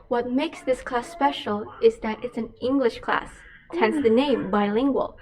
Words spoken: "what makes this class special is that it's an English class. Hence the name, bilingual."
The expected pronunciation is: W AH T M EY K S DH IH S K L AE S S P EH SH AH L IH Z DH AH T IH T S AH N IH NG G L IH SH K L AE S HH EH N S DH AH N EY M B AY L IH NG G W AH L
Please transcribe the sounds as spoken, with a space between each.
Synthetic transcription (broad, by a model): W AH T M EY K S DH IH S K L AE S S P EH SH L IH Z DH AH T IH T S AH N IH NG G L IH SH K L AE S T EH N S DH AH N EY M B AY L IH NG G W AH L